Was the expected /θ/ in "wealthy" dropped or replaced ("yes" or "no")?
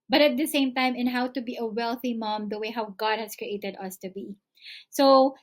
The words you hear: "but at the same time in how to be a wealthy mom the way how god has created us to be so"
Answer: no